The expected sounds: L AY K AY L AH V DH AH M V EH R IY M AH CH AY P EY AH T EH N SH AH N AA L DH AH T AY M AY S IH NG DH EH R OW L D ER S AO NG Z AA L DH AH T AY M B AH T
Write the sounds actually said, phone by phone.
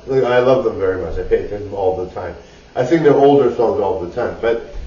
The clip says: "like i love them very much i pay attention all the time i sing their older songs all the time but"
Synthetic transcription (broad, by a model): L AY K AY L AH V DH AH M V EH R IY M AH CH AY P EY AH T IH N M AA L DH AH T AY M AY TH IH NG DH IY OW L D ER S AO NG Z AA L DH AH T AY M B AH T